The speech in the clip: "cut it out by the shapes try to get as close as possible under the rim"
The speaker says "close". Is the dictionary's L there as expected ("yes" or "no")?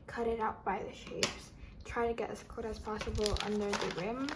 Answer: no